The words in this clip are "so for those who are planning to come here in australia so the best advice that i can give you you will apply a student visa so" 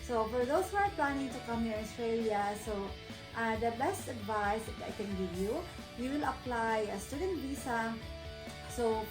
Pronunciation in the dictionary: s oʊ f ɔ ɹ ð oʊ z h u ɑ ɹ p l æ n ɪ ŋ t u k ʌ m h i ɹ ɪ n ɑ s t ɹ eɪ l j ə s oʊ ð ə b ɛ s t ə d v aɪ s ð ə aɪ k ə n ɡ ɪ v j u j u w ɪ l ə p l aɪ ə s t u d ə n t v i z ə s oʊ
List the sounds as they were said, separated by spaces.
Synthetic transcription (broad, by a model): s oʊ f ɔ ɹ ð oʊ s h u ɑ ɹ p l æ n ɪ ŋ t u k ʌ m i ɪ n ɑ s t ɹ eɪ l j ə s oʊ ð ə b ɛ s t ə d v aɪ s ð aɪ k ə n ɡ ɪ v j u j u w ɪ l ə p l aɪ ə s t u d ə n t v i s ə s oʊ